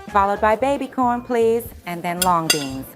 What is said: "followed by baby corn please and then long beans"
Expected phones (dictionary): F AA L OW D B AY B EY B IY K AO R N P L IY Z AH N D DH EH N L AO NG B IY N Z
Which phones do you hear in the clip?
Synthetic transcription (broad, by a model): F AA L OW D B AY B EY B IY K AO R N P L IY Z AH N DH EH N L AO NG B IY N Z